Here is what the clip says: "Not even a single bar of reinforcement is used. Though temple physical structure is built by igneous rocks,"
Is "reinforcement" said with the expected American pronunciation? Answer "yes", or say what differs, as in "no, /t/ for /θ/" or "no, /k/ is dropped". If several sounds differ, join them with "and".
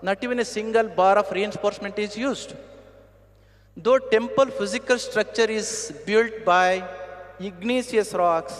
no, /p/ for /f/